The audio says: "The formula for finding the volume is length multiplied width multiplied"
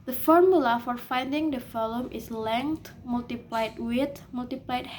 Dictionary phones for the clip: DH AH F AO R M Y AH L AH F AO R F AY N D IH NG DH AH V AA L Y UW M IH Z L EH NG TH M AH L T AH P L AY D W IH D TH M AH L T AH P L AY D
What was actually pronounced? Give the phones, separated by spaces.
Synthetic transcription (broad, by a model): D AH F AO R M Y AH L AH F AO R F AY N D IH NG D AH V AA L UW M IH S L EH NG T M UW L T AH P L AY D W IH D M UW L T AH P L AY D